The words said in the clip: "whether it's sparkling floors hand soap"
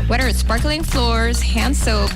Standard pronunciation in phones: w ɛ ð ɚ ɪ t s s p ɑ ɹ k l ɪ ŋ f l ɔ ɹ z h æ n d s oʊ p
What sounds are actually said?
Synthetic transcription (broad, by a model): w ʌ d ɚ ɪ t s s p ɑ ɹ k l ɪ ŋ f l ɔ ɹ z h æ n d s oʊ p